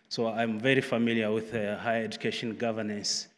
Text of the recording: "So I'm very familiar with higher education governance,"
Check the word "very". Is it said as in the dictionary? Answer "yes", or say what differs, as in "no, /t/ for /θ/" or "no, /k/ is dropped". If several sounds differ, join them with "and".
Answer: yes